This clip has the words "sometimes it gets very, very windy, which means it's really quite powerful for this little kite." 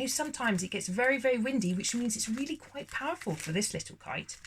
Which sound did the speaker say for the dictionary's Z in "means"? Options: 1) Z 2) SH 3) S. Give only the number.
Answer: 1